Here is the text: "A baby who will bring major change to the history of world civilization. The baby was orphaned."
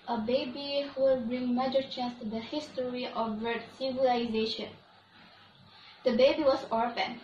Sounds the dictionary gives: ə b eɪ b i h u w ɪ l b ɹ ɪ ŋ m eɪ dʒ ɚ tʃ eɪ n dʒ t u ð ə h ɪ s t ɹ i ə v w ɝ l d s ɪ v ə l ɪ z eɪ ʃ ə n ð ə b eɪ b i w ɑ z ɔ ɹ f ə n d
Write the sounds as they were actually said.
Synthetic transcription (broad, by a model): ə b eɪ b i h u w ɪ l b ɹ ɪ ŋ m eɪ dʒ ɚ tʃ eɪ n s t u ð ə h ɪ s t ɹ i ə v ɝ d s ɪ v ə l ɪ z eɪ ʃ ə n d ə b eɪ b i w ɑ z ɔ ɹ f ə n